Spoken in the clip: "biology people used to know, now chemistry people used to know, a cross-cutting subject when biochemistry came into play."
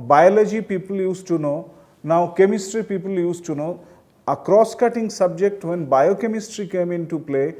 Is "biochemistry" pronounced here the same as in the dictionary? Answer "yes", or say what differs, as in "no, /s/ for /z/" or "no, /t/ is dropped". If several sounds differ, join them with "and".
yes